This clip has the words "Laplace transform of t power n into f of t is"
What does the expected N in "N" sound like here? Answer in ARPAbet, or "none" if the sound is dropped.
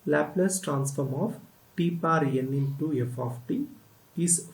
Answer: N